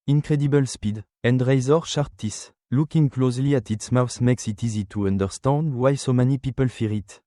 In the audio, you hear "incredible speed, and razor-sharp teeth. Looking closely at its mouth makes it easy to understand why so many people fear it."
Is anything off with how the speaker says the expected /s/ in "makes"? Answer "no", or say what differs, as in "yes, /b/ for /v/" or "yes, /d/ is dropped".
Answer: no